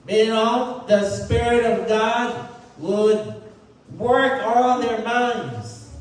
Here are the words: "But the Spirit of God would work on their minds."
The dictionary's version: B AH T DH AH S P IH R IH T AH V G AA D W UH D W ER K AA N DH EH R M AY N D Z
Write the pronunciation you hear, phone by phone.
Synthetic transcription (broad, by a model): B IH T DH AH S P IH R IH T AH V G AA D W UH D W ER K AA L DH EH R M AY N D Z